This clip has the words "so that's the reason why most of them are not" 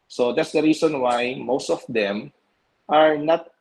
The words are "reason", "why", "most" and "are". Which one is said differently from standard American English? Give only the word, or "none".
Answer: reason